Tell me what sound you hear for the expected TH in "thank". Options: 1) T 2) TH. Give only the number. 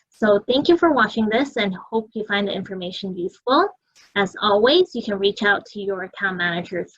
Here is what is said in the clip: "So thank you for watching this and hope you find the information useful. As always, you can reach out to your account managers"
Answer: 2